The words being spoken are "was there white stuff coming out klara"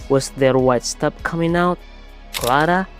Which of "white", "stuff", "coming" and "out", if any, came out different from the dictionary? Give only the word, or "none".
stuff